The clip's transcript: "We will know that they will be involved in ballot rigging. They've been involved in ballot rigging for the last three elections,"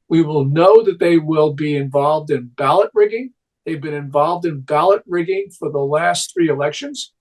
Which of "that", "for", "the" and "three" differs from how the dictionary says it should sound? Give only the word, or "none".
none